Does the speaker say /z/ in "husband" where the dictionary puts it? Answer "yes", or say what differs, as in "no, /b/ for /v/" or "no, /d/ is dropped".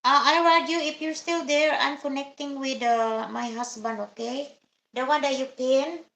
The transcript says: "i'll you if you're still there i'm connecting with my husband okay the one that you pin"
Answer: no, /s/ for /z/